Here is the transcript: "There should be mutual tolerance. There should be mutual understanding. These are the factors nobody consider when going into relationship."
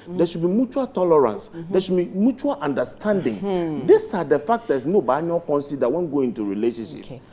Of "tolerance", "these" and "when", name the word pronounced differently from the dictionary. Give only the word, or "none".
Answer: these